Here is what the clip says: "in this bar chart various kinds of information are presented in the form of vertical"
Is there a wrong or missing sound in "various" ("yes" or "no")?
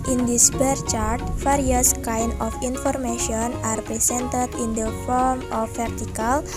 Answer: yes